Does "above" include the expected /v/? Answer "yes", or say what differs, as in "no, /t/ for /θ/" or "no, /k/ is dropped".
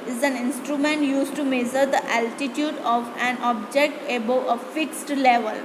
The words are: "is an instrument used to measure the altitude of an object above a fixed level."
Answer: no, /v/ is dropped